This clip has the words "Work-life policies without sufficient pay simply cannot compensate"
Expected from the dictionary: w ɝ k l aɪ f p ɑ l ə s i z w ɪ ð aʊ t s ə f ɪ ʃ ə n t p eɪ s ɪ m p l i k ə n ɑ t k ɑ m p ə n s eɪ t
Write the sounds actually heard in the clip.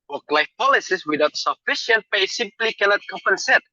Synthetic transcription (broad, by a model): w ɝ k l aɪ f p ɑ l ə s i s w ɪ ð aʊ t s ə f ɪ ʃ ə n t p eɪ s ɪ m p l i k ə n ɑ t k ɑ m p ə n s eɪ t